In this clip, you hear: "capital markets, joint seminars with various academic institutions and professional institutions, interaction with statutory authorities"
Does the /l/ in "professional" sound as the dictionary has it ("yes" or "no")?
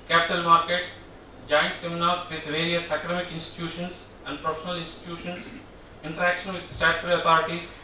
yes